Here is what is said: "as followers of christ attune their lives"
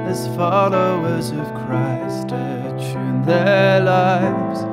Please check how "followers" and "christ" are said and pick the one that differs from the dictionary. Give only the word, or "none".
none